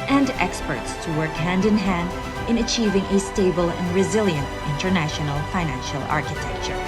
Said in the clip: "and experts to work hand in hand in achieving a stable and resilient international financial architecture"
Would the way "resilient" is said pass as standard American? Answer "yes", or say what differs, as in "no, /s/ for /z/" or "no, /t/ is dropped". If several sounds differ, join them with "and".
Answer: yes